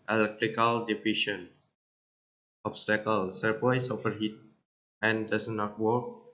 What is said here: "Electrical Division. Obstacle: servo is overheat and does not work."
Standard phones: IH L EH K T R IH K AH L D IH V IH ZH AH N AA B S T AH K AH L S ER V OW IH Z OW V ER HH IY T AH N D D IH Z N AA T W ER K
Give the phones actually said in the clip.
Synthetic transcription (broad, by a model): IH L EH K T R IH K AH L D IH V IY SH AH N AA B S T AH K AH L S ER P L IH S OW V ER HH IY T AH N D D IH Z N AA T W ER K